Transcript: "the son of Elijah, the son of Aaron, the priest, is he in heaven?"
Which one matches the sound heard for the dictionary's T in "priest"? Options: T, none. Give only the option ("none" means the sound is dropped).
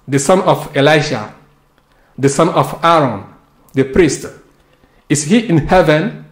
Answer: T